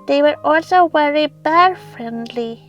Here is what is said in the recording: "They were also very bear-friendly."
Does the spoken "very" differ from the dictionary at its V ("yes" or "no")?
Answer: yes